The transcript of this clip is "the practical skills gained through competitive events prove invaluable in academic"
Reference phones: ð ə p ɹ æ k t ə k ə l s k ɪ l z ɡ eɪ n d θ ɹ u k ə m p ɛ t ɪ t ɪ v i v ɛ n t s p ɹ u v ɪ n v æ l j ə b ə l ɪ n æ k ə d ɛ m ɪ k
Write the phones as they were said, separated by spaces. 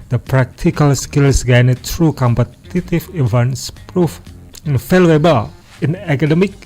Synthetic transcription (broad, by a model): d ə p ɹ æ k t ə k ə l s k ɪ l s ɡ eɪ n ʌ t ɹ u k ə m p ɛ t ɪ t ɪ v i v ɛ n s p ɹ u f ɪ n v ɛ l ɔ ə b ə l ɪ n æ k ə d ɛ m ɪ k